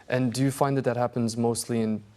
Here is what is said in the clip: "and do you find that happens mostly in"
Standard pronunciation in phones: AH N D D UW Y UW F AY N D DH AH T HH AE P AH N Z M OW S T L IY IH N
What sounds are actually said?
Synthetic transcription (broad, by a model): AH N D D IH Y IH F AY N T DH AH T HH AE P AH N Z M OW S T L IY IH N